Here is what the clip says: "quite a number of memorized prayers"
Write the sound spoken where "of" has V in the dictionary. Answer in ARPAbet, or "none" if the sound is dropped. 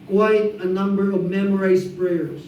V